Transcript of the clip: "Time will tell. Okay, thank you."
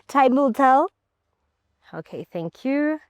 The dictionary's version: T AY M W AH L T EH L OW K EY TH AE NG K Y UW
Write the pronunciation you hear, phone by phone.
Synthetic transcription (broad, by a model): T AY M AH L T EH L OW K EY TH AE NG K Y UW